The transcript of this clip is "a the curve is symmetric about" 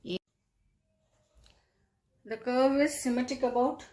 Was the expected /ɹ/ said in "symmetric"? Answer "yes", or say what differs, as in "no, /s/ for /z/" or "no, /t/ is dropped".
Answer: no, /ɹ/ is dropped